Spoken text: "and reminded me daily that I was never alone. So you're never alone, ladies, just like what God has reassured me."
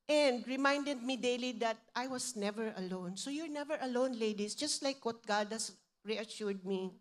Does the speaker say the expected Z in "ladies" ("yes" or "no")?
no